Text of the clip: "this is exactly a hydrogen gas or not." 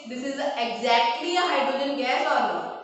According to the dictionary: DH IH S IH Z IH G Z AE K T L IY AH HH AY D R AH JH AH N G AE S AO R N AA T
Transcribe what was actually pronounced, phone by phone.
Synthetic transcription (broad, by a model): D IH S IH Z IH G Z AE K T L IY AH HH AY D R AH JH AH N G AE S AO R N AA